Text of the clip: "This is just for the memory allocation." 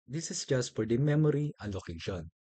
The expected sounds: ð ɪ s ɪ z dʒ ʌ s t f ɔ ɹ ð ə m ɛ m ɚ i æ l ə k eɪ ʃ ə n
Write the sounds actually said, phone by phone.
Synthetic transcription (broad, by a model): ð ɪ s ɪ s dʒ ʌ s t f ɔ ɹ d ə m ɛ m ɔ i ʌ l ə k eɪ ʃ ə n